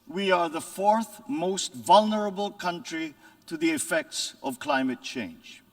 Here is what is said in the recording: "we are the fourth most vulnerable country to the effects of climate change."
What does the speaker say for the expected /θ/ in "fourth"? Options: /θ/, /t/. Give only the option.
/θ/